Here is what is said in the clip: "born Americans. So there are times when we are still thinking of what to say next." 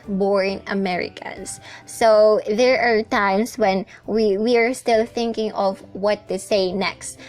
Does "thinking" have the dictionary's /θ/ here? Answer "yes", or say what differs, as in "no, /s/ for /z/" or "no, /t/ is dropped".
yes